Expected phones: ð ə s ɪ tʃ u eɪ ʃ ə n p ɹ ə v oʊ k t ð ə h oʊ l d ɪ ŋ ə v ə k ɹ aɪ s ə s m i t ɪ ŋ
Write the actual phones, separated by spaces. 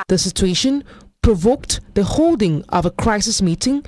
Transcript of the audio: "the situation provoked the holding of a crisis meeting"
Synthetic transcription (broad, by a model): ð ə s ɪ tʃ u eɪ ʃ ə n p ɹ ə v oʊ k t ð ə h oʊ l d ɪ ŋ ə v ə k ɹ aɪ s ə s m i t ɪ ŋ